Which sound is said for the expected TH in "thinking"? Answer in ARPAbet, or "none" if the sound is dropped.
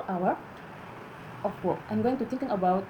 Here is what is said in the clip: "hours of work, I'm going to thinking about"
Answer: T